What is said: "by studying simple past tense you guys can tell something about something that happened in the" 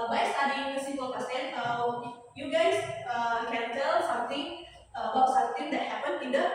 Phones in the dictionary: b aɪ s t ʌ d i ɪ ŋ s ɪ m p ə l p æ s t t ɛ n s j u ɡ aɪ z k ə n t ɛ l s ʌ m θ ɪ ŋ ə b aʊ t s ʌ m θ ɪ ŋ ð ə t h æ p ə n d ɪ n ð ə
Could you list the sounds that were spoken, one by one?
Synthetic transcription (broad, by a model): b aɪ s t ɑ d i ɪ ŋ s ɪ p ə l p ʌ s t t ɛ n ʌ j u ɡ aɪ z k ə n t ɛ l s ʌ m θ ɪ ŋ ə b aʊ t s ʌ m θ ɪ ŋ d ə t h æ p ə n ɪ n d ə